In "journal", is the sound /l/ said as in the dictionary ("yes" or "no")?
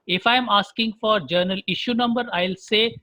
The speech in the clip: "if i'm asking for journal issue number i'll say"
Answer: yes